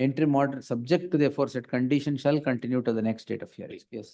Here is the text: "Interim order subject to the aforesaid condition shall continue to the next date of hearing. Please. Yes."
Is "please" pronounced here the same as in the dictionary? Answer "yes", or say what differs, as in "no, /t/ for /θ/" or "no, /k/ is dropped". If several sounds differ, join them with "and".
no, /z/ is dropped